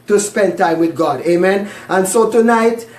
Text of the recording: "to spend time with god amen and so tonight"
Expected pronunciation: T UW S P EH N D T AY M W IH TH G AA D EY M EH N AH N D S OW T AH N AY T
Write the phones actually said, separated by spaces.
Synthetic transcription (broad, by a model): T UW S P EH N D T AY M W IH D G AA D EY M EH N AH N D S OW T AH N AY T